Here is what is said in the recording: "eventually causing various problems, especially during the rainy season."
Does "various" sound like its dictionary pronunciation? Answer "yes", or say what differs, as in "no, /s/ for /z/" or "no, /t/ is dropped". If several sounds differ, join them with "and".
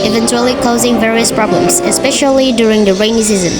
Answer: yes